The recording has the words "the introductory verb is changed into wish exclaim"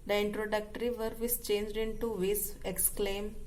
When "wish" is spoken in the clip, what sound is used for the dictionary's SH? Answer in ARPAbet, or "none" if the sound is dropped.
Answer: S